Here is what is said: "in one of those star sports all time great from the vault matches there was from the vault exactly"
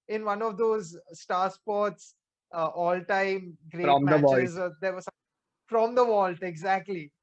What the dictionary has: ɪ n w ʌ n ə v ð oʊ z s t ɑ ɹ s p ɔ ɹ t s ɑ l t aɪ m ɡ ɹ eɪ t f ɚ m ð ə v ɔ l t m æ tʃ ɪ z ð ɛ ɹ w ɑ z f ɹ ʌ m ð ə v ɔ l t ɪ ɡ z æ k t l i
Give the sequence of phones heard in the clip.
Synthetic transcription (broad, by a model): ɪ n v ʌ n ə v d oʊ z s t ɑ ɹ s p ɔ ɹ t s ɑ l t aɪ m ɡ ɹ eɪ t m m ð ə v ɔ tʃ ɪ ɪ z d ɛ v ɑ s f ɹ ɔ m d ə v ɔ l t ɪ ɡ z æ k t l i